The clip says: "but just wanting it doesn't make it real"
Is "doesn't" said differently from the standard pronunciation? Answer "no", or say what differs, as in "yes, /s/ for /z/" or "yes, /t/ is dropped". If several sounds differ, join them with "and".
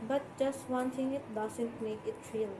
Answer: yes, /s/ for /z/